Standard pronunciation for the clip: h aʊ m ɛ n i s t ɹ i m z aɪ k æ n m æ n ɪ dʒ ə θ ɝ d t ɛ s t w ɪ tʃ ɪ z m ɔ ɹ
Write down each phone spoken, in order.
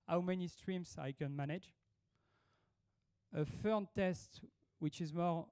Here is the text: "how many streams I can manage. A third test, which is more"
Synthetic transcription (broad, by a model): h aʊ m ɛ n i s t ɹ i m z aɪ k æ n m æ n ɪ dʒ ə f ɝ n t ɛ s t w ɪ tʃ ɪ z m ɔ ɹ